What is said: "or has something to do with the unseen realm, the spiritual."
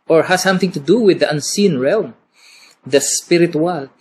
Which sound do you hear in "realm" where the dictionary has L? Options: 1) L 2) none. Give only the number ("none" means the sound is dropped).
1